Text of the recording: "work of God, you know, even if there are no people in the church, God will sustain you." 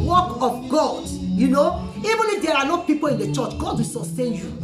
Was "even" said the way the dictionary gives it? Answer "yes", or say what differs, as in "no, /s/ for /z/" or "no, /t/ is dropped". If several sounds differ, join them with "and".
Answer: yes